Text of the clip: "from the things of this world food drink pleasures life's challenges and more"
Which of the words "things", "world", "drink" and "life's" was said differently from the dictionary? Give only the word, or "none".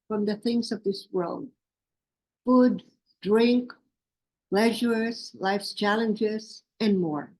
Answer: none